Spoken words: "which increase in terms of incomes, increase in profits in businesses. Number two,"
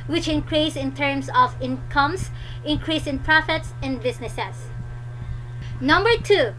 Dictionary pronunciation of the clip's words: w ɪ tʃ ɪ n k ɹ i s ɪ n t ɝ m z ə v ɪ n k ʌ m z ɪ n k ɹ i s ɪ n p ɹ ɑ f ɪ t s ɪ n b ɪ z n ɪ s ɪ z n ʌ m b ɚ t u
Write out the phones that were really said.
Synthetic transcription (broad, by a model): w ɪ tʃ ɪ n k ɹ i s ɪ n t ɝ m s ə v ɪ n k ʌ m s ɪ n k ɹ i s ɪ n p ɹ ɑ f ɪ t s ɪ n b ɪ s n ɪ s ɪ s n ʌ m b ɚ t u